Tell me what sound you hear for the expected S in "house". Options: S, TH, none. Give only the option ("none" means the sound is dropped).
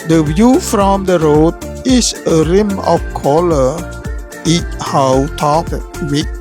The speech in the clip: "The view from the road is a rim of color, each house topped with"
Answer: none